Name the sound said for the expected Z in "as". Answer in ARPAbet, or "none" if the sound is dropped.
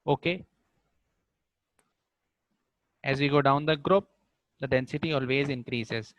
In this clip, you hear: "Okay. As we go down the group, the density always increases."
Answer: Z